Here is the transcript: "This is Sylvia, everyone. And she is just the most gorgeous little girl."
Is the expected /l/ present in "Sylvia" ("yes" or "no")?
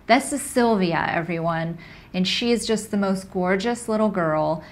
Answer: yes